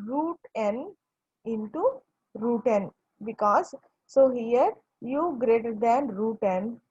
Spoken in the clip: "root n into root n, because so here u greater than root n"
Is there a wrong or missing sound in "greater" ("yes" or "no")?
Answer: no